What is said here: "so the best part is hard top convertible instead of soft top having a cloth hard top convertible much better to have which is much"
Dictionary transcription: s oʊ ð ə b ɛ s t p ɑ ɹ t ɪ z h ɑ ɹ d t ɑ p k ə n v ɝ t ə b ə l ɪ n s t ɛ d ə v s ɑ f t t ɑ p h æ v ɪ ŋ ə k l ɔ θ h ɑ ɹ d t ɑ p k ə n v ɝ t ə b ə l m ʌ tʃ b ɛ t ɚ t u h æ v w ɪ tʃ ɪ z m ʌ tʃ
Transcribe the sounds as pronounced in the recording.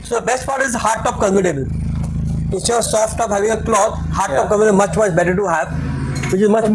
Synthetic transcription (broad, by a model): s oʊ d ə b ɛ s t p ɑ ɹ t ɪ z h ɑ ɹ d t ɑ p k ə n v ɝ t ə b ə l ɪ s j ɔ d s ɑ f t t ɑ p h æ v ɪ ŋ ə k l ɔ t h ɑ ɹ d t ɑ p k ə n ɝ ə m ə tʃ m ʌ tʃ b ɛ t ɚ t u h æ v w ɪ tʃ ɪ z m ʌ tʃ